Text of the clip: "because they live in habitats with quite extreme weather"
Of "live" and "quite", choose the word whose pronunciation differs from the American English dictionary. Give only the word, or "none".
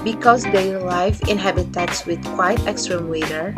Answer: live